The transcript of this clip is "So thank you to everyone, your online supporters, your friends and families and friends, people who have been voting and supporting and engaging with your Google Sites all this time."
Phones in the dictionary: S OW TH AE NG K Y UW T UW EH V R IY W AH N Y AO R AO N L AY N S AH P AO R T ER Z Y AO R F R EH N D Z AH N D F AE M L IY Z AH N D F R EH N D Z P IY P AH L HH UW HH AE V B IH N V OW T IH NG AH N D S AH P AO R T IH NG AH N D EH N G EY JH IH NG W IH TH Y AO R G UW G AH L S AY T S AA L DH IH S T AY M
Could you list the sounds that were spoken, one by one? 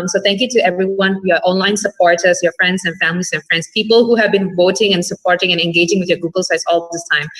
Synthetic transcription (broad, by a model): S OW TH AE NG K Y UW T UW EH V R IY W AH N Y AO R AO N L AY N S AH P AO R T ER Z Y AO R F R EH N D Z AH N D F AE M L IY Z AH N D F R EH N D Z P IY P AH L HH UW HH AE V B IH N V OW T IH NG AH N S AH P AO R T IH NG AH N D EH N G EY JH IH NG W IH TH Y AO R G UW G AH L S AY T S AA L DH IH S T AY M